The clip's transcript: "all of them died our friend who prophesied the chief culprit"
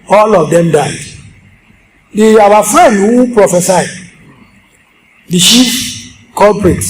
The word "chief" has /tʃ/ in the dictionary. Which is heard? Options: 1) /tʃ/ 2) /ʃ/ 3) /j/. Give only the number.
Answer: 2